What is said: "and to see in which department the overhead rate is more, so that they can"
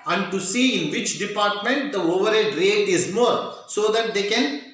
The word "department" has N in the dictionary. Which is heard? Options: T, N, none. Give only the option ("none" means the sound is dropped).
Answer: N